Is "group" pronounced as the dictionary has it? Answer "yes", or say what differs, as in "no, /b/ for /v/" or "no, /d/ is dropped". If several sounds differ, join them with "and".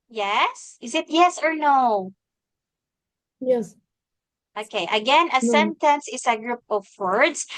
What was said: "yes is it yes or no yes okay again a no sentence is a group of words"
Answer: yes